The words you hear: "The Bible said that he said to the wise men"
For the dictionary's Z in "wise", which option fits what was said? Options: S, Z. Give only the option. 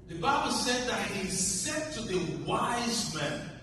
Z